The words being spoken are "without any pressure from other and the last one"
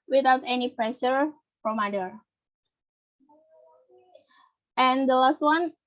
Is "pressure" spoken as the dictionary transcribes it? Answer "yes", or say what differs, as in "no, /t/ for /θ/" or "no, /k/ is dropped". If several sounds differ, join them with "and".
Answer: yes